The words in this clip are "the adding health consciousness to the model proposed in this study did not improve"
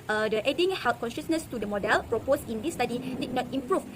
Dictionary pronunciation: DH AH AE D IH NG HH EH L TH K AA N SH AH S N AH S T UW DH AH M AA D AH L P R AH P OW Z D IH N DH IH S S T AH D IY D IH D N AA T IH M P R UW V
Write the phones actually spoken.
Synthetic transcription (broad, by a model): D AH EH D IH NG HH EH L T K AA N SH AH S N AH S T UW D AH M AA D AH L P R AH P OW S IH N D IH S S T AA D IY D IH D N AA T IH M P R UW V